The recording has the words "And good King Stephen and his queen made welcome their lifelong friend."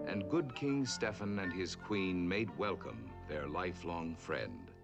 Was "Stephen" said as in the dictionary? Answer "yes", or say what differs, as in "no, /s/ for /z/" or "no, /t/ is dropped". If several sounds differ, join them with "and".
no, /f/ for /v/